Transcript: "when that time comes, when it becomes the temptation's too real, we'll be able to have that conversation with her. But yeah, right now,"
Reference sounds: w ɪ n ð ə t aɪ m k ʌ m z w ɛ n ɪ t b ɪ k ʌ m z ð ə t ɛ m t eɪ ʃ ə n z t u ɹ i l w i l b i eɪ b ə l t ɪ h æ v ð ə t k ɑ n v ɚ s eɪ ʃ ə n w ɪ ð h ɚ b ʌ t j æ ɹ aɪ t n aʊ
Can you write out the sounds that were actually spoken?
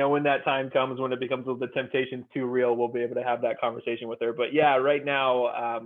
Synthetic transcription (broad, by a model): w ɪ n ð ə t aɪ m k ʌ m z w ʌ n ɪ t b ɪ k ʌ m z ð ə t ɛ m t eɪ ʃ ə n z t u ɹ i l w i l b i eɪ b l t ɪ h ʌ v ð ə t k ɑ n v ɚ s eɪ ʃ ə n w ɪ ð ɚ b ʌ t j æ ɹ aɪ t n aʊ